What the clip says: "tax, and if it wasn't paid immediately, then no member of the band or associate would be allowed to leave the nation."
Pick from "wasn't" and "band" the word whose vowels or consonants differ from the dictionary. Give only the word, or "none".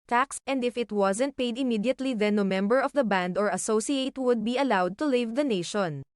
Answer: none